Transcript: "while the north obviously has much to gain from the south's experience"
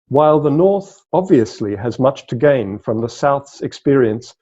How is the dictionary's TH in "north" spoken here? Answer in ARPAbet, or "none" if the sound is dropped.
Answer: TH